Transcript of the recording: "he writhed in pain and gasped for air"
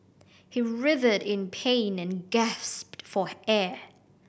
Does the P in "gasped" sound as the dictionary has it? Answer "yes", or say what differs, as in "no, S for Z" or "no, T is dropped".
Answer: yes